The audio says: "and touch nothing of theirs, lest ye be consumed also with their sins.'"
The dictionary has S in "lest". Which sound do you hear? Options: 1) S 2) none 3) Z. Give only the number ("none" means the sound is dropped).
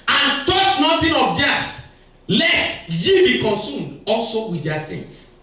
1